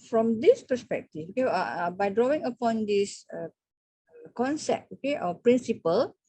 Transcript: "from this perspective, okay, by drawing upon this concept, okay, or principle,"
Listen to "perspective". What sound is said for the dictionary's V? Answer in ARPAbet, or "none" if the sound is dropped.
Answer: F